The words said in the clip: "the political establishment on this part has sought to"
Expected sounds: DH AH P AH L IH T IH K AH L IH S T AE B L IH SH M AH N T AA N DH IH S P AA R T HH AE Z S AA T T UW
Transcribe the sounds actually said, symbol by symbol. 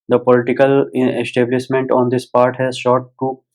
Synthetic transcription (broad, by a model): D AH P AH L IH T IH K AH L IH S T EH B L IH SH M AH N T AA N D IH S P AA R T HH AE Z SH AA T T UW